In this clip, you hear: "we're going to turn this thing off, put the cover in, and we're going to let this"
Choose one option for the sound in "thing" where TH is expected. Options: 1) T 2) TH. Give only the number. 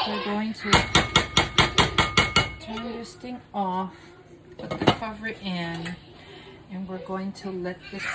1